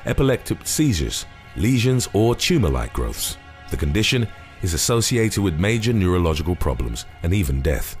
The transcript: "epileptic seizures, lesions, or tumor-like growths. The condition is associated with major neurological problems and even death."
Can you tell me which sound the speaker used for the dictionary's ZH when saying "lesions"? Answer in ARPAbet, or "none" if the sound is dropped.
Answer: ZH